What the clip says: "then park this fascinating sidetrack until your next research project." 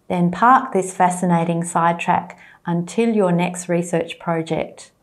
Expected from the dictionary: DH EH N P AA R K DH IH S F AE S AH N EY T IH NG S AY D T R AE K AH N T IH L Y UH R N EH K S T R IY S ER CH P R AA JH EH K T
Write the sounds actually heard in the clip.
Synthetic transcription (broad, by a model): DH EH N P AA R K DH IH S F AE S AH N EY T IH NG S AY D T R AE K AH N T IH L Y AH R N EH K S T R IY S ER CH P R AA JH EH K T